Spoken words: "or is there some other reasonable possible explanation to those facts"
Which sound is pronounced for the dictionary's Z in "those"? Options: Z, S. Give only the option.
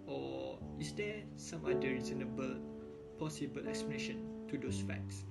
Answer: S